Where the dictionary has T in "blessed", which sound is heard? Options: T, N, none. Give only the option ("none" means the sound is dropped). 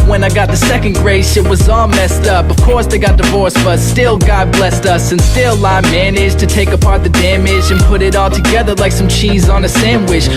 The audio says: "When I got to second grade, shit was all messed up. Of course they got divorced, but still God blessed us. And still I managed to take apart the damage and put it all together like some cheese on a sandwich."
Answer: T